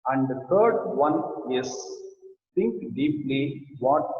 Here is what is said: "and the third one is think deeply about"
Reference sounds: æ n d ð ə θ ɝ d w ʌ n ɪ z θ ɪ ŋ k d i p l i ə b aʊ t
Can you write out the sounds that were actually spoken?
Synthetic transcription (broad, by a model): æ n d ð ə t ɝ d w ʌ n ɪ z t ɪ ŋ k d i p l i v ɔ t